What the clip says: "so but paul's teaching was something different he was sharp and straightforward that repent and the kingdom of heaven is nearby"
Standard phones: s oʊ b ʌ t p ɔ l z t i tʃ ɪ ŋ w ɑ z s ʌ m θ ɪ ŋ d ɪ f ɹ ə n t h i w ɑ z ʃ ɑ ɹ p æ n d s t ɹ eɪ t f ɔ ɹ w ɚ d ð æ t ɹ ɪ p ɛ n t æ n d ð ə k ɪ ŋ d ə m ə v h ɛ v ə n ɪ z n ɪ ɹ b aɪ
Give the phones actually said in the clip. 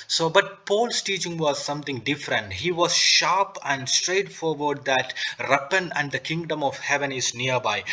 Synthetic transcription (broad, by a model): s oʊ b ʌ t p ɔ l s t i tʃ ɪ ŋ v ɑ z s ʌ m t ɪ ŋ d ɪ f ɹ ə n t h i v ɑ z ʃ ɑ ɹ p æ n d s t ɹ eɪ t f ɔ ɹ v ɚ d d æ t ɹ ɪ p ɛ n æ n d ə k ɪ ŋ d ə m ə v h ɛ v ə n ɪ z n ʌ ɹ b aɪ